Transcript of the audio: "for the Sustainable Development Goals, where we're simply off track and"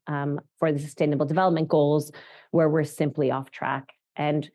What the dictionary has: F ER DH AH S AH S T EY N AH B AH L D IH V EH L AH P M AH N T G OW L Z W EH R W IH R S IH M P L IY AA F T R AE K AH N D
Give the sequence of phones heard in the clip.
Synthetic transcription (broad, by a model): F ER DH AH S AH S T EY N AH B L D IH V EH L AH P M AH N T G OW L Z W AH R W IH R S IH M P L IY AA F T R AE K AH N